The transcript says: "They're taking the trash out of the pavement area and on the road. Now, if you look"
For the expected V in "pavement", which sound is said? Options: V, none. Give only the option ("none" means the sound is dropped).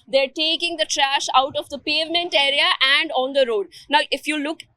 V